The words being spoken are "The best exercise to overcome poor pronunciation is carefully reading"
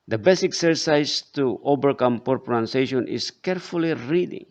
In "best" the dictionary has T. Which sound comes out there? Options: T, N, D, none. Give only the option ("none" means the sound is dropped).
none